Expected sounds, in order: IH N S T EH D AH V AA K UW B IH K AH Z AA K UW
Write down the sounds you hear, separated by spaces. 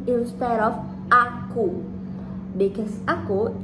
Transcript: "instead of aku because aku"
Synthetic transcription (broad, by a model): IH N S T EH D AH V AA K UW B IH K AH S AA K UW